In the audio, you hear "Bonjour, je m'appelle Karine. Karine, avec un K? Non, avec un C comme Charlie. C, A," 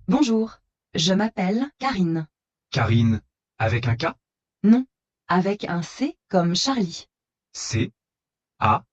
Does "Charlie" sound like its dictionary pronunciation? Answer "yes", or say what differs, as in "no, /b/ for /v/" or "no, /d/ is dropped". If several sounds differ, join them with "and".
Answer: no, /ʃ/ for /tʃ/